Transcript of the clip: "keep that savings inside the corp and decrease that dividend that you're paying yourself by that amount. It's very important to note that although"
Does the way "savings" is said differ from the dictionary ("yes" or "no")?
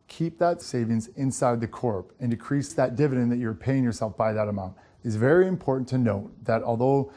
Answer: no